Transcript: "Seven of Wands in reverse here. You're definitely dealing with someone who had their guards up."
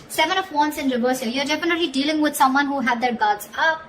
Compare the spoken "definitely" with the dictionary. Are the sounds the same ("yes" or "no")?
no